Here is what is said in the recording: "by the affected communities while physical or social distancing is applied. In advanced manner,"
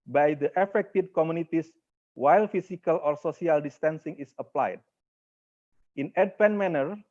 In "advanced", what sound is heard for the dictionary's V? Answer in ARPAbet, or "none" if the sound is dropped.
P